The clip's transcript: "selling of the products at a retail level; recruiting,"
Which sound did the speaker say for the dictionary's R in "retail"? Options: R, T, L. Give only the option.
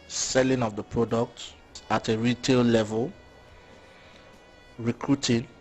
R